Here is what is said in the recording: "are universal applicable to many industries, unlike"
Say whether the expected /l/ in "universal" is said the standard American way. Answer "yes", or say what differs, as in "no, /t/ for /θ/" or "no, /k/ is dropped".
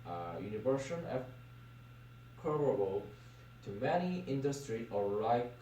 no, /n/ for /l/